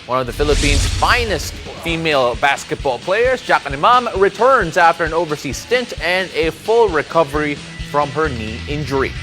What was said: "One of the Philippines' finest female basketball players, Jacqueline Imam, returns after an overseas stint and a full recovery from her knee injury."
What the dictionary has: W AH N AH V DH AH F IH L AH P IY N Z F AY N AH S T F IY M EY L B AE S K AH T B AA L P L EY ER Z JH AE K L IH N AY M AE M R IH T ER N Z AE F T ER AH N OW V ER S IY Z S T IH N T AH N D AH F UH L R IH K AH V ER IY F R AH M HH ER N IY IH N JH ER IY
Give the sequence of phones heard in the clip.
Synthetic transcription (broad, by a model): W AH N AH V DH AH F IH L AH P IY N Z F AY N AH S T F IY M EY L B AE S K AH T B AA L P L EY ER Z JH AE K IH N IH M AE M R IH T ER N Z AE F T ER AH N OW V ER S IY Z S T IH N T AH N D AH F UH L R IH K AH V ER IY F R AH M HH ER N IY IH N JH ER IY